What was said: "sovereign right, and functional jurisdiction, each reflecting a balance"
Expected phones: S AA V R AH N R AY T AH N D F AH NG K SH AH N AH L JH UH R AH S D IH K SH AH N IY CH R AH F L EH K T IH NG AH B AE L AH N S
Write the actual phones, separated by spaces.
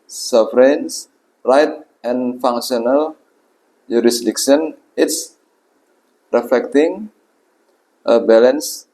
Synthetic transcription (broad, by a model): S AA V R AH N R AY T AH N F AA NG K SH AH N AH L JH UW R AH S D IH K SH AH N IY S R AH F L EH K T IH NG AH B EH L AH N S